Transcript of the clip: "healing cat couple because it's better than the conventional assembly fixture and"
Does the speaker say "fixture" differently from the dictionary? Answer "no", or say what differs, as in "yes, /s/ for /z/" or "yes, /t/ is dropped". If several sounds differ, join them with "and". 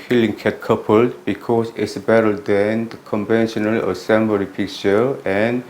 yes, /p/ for /f/ and /s/ is dropped